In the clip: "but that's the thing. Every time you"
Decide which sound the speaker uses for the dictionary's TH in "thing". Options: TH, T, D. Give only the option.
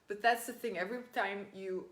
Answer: TH